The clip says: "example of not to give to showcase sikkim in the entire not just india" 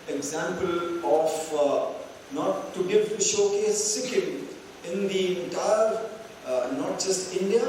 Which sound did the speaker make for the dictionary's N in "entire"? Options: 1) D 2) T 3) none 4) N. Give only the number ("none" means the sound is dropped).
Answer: 3